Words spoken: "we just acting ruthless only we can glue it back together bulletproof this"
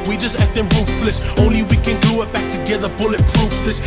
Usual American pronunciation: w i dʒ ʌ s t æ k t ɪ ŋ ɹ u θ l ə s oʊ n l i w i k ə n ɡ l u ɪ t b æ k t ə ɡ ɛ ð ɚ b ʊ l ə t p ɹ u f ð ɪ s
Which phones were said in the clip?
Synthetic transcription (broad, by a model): w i dʒ ʌ s t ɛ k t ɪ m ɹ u f l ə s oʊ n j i w i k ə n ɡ u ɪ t b æ k t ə ɡ ɛ ð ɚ b ʊ l ə t p ɹ u f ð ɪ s